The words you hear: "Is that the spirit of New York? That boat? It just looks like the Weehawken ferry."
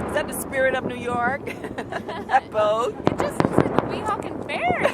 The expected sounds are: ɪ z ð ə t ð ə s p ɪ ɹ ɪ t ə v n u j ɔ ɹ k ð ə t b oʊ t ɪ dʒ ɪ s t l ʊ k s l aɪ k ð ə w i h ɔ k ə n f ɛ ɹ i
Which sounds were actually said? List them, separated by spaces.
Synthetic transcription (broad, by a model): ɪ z ð ə t ð ə s p ɪ ɹ ɪ t ə v n u j ɔ ɹ k ð ə t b oʊ ɪ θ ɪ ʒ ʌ s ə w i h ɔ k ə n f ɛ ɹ